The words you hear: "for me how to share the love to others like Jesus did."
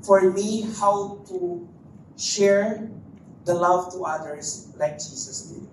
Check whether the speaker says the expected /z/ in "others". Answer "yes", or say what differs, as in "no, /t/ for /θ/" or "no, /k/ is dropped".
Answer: no, /s/ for /z/